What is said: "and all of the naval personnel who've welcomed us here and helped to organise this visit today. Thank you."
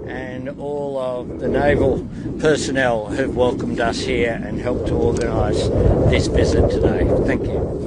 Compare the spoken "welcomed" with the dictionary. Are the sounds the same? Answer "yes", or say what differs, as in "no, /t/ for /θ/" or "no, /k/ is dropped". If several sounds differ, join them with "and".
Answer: yes